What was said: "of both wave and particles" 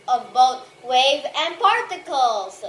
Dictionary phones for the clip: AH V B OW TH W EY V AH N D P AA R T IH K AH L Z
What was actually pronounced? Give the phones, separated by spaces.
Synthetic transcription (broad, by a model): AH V B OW T W EY V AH N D P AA R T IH K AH L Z